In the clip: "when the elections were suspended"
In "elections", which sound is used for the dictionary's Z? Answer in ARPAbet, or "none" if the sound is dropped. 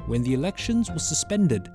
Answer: Z